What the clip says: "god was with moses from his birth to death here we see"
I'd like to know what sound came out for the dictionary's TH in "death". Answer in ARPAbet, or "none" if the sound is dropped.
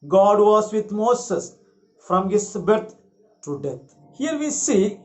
T